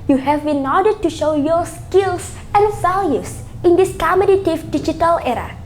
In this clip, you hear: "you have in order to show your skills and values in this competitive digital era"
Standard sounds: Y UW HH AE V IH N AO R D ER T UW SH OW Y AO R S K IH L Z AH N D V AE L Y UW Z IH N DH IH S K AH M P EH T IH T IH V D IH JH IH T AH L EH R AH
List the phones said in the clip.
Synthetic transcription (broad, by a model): Y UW HH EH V IH N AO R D T UW SH OW Y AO S K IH L S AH N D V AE L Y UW S IH N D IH S K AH M EH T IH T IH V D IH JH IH T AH L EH R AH